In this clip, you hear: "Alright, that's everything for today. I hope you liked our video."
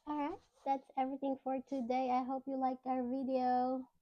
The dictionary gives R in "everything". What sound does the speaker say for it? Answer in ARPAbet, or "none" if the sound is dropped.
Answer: R